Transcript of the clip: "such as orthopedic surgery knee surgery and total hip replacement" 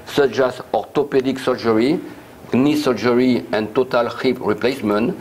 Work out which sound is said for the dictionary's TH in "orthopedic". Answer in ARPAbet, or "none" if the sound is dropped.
T